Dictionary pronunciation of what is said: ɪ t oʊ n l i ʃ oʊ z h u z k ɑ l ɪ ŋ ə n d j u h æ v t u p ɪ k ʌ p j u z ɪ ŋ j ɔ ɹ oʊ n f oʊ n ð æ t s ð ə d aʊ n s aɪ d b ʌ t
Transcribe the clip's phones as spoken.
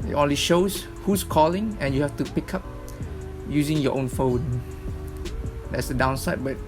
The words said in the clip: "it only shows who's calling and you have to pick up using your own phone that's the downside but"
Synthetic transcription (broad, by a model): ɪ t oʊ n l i ʃ oʊ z h u s k ɑ l ɪ ŋ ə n j u h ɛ f t u p ɪ k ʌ p j u z ɪ ŋ j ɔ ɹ oʊ n f oʊ n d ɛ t s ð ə d aʊ n s aɪ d b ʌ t